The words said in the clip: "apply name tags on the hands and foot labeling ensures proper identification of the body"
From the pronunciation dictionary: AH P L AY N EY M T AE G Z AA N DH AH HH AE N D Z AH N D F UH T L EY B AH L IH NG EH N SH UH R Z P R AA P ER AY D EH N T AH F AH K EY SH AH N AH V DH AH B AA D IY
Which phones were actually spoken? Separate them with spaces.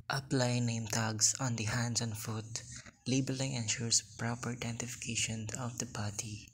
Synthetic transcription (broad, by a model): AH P L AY N EY M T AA G S AA N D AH HH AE N D S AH N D F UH T L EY B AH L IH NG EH N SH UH R S P R AA P ER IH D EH N T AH F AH K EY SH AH N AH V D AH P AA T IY